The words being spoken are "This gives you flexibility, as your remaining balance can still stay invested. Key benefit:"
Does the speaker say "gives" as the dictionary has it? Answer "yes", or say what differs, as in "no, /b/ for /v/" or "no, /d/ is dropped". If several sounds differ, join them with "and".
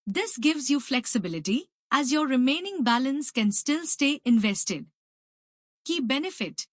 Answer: yes